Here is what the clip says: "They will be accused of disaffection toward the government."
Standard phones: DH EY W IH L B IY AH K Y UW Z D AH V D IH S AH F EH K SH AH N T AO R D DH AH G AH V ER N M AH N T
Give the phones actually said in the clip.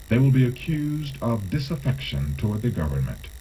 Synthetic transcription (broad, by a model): DH EY W IH L B IY AH K Y UW Z D AH V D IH S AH F EH K SH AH N T AO R D DH AH G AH V ER N M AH N T